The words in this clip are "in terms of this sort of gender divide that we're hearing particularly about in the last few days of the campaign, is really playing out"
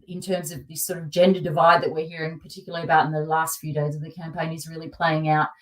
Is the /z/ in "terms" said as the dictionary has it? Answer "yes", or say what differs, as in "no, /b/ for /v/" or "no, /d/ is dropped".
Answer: yes